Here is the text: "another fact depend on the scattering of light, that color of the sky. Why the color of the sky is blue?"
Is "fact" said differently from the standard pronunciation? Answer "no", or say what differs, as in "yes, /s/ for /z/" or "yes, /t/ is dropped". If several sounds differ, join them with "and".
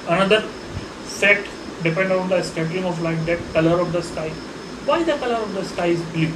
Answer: yes, /k/ is dropped